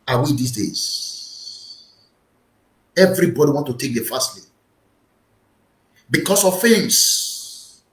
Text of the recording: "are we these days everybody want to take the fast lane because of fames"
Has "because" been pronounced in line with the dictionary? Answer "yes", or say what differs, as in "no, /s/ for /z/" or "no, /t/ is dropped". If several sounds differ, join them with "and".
no, /s/ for /z/